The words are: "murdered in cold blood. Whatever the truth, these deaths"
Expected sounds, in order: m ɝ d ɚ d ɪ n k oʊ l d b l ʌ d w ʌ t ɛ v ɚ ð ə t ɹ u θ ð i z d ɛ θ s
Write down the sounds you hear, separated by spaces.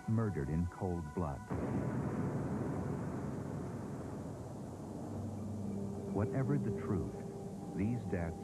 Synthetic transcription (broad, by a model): m ɝ d ɚ d ɪ n k oʊ l d b l ʌ d w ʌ t ɛ v ɚ ð ə t ɹ u θ ð i z d ɛ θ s